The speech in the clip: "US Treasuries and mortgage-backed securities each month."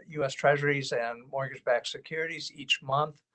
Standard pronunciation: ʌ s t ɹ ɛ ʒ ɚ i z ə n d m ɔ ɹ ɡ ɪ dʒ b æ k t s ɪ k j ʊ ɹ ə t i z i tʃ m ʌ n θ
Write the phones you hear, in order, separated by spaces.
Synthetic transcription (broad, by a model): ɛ s t ɹ ɛ ʒ ɚ i z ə n m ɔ ɹ ɡ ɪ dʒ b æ k s ɪ k j ʊ ɹ ə t i z i tʃ m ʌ n θ